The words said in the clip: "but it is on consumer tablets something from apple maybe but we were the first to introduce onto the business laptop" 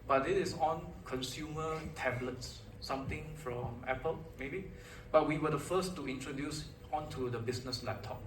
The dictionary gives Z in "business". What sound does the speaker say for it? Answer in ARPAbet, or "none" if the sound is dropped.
S